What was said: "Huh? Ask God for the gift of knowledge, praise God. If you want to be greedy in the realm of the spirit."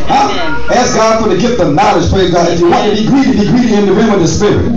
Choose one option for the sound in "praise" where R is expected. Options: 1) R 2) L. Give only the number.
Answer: 2